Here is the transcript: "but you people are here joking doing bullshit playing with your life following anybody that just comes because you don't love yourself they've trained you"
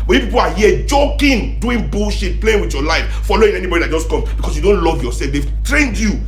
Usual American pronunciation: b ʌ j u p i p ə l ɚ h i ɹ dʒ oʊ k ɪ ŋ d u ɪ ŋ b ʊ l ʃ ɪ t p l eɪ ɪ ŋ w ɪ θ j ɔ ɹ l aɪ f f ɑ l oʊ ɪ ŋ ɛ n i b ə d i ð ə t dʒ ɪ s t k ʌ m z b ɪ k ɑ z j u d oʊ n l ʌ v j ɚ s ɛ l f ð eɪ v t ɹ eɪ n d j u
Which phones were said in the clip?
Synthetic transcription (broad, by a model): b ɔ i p i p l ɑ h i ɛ dʒ oʊ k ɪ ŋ d u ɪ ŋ b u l ʃ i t p l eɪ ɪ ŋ w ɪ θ j ɔ l aɪ f f ɑ l oʊ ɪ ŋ ɛ n i b ə d i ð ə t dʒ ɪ s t k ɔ m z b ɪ k ɑ s j u d oʊ n l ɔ v j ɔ s ɛ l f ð eɪ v t ɹ eɪ n d j u